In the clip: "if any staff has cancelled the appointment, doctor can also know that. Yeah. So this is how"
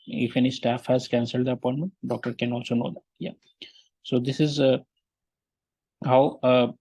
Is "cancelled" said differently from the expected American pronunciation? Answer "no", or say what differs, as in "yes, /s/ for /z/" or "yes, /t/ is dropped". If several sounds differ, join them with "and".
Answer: no